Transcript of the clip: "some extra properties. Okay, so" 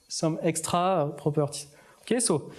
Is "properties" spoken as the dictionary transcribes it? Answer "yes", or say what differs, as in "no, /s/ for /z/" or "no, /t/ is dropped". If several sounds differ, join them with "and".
no, /z/ is dropped